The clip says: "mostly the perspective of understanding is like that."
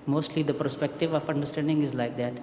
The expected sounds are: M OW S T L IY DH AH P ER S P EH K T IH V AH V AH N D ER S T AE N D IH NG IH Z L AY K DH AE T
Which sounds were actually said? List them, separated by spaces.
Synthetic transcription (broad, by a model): M OW S T L IY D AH P ER S P EH K T IH V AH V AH N D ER S T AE N D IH NG IH Z L AY K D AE T